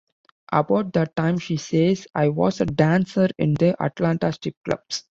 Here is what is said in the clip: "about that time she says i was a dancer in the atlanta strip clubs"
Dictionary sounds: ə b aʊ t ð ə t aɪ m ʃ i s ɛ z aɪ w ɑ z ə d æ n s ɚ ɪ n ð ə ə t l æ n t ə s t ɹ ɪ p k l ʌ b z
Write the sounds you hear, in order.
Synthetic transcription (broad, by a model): ə b aʊ t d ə t aɪ m ʃ i s ɛ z aɪ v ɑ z ə d æ n s ɚ ɪ n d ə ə t l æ n t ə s t ɪ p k l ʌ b s